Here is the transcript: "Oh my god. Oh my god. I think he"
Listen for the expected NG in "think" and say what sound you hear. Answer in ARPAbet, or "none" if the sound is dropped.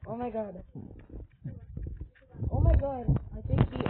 none